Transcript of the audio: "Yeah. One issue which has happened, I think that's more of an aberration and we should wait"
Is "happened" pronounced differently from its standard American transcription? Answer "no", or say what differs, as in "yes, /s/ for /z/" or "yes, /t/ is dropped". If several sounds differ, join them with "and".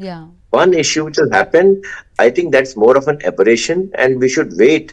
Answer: yes, /d/ is dropped